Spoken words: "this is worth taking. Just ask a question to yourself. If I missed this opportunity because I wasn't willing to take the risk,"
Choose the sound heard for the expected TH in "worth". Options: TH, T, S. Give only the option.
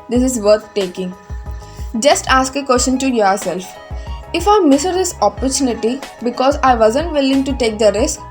T